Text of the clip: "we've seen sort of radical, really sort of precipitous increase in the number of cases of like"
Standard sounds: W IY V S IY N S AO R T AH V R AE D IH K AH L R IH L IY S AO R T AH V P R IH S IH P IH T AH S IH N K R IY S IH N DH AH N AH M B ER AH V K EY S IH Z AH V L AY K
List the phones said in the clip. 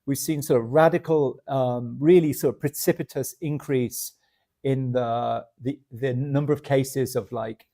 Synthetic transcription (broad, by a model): W IY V S IY N S AO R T AH V R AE D IH K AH L R IH L IY S AO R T AH V P R IH S IH P IH T AH S IH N K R IY S IH N DH AH N AH M B ER AH V K EY S IH Z AH V L AY K